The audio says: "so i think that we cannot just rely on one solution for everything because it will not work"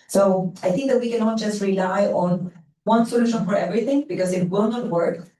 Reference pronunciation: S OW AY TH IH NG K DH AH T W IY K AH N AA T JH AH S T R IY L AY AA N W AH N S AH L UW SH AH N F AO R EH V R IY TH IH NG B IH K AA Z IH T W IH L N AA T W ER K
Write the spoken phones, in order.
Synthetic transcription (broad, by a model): S OW AY TH IH NG K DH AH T W IY K AH N AA T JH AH S T R IY L AY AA N W AH N S AH L UW SH AH N F AO R EH V R IY TH IH NG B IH K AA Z IH T W IH L N AA T W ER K